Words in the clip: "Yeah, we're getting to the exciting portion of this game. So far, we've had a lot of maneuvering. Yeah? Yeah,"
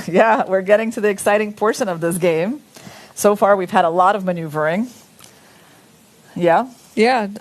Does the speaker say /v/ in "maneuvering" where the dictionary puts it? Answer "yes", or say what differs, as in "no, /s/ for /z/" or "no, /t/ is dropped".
yes